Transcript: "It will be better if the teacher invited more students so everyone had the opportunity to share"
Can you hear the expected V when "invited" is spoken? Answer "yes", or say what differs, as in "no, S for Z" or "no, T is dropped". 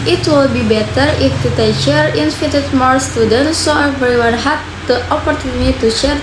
no, F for V